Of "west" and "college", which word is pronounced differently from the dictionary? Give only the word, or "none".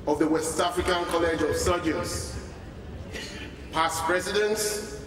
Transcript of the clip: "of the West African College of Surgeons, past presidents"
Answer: none